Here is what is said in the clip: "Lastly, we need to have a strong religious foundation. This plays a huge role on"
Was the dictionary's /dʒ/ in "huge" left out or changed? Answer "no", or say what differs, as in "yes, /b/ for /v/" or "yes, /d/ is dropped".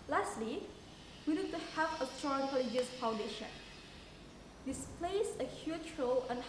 yes, /tʃ/ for /dʒ/